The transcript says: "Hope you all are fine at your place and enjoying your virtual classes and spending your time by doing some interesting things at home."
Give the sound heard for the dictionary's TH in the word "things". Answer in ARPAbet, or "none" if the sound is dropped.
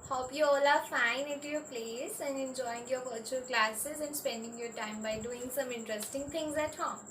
T